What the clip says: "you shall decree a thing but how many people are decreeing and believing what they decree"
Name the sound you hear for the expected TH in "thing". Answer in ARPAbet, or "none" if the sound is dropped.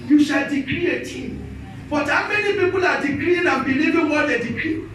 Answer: T